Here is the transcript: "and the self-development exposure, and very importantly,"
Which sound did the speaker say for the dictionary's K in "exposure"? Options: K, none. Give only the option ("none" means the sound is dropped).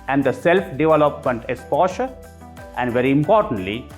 none